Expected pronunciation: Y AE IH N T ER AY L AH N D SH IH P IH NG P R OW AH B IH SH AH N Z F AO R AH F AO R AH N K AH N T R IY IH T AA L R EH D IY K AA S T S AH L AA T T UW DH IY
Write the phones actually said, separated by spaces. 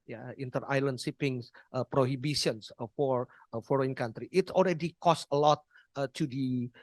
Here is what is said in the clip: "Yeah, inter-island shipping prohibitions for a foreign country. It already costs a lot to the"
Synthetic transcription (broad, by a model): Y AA IH N T ER AY L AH N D S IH P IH NG P R OW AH B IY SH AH N S F AO R AH F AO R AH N K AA N T R IY IH T AA L R EH D IY K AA S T AH L AA T T UW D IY